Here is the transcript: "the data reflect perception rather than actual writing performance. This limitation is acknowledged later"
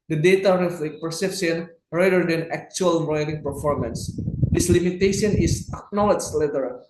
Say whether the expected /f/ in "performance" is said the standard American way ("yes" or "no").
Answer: yes